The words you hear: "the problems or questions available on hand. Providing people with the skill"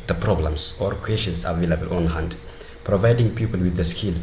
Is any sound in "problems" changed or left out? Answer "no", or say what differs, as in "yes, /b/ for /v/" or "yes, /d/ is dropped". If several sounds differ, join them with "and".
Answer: yes, /s/ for /z/